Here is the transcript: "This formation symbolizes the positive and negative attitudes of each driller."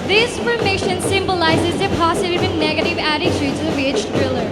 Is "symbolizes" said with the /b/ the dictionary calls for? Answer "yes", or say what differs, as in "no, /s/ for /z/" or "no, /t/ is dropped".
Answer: yes